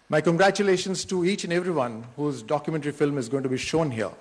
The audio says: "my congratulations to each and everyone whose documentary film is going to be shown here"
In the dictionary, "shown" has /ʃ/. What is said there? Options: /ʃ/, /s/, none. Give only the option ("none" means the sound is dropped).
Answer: /ʃ/